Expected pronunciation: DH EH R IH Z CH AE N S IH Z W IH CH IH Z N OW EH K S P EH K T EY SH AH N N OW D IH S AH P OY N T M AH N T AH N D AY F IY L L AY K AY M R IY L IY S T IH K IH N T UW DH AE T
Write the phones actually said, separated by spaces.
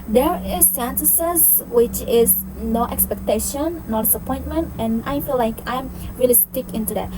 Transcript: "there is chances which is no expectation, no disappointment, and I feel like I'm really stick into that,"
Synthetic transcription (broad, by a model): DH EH R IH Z S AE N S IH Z W IH CH IH Z N OW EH K S P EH K T EY SH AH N N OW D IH S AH P OY N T M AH N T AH N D AY F IY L L AY K AY M R IY L IY S T IH K IH N T UW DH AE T